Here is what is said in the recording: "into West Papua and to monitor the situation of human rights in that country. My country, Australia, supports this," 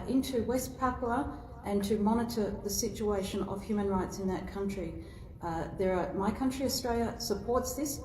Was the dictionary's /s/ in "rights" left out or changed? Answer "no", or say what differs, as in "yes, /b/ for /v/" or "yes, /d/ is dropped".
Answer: no